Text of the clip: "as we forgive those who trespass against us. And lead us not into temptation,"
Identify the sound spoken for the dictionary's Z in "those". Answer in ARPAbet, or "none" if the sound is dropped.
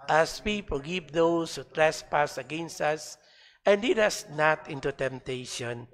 S